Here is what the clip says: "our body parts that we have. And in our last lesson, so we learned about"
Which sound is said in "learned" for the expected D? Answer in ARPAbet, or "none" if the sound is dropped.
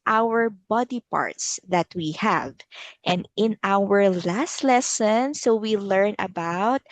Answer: none